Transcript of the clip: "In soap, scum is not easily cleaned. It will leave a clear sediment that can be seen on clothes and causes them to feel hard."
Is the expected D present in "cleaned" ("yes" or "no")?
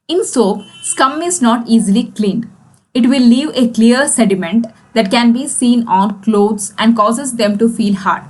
no